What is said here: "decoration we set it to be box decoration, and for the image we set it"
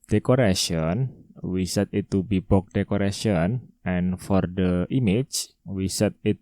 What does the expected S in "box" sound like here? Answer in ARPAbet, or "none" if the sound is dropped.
none